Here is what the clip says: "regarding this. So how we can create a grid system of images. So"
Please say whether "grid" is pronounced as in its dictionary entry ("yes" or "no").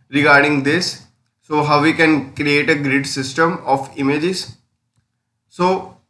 yes